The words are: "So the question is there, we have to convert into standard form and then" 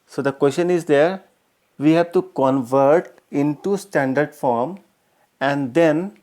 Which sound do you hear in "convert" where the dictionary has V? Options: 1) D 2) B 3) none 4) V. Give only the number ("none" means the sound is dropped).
4